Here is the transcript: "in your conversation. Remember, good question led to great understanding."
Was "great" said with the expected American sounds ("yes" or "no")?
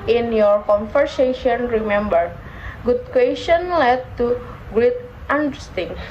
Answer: no